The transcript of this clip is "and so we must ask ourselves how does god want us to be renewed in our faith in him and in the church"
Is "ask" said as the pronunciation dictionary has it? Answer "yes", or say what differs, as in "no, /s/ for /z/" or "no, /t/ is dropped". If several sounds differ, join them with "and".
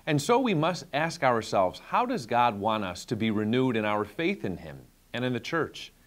yes